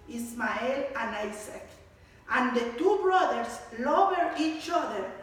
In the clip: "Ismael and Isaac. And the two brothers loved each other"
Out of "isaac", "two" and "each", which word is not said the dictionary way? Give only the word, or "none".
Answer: isaac